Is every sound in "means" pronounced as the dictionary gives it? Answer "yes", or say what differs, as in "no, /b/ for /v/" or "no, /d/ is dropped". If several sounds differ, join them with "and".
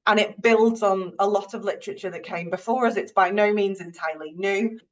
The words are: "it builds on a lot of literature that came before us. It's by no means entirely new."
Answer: yes